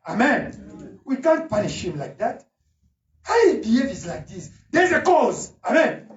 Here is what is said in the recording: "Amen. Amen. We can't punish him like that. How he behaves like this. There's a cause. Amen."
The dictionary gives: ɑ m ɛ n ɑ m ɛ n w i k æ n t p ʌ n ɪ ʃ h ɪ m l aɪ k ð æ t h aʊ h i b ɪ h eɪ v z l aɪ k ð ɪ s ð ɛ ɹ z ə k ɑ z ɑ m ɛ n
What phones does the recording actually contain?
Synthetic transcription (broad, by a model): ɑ ɑ m ɛ n w i k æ n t p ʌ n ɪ ʃ h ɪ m l aɪ k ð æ t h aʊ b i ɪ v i z l aɪ k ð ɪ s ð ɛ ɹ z ə k ɑ z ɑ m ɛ n